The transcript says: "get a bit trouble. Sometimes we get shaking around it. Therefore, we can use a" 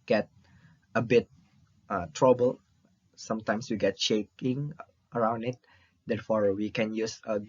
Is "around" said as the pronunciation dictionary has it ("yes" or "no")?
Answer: yes